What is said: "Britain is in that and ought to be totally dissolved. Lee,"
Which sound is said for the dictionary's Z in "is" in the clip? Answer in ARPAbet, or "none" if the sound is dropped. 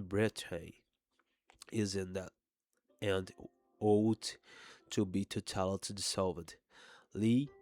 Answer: Z